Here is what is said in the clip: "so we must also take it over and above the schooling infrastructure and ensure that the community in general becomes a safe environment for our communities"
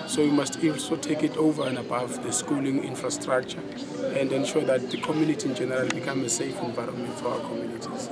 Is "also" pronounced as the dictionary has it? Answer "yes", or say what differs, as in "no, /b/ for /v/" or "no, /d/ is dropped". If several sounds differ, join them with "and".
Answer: no, /n/ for /l/